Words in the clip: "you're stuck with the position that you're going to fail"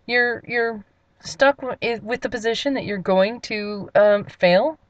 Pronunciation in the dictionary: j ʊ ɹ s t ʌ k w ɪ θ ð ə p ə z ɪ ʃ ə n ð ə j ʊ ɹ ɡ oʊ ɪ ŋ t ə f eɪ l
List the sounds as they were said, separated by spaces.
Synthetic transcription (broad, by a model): j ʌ ɹ s t ʌ k w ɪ ð ə p ə z ɪ ʃ ə n ð ə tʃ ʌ ɹ ɡ oʊ ɪ ŋ t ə f eɪ l